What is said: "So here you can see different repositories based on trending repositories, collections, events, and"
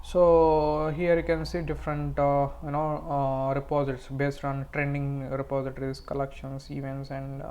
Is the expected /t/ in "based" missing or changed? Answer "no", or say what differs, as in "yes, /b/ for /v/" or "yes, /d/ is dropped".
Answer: no